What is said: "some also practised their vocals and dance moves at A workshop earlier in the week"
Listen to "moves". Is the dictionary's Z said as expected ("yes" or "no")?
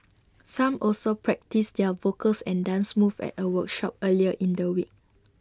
no